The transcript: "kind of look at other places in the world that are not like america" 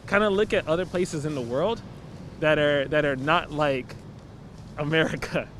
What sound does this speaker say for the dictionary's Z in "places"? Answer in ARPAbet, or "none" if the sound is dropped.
Z